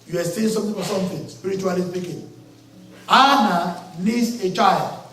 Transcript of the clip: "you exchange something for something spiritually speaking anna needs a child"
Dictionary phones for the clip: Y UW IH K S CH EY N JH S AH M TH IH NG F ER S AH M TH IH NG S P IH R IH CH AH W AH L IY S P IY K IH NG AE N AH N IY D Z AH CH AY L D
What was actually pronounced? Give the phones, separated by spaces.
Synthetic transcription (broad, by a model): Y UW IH S EY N S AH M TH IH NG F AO S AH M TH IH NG S P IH R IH CH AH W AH L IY S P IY K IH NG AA N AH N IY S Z AH CH AY L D